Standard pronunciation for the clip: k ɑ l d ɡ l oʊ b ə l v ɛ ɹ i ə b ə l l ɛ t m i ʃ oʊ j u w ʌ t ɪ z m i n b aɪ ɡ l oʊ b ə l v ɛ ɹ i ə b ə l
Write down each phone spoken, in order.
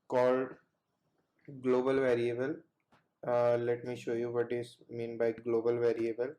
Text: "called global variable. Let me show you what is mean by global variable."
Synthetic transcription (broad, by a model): k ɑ l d ɡ l oʊ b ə l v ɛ ɹ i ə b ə l l ɛ t m i ʃ oʊ j u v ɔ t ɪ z m i n b aɪ ɡ l oʊ b ə l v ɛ ɹ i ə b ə l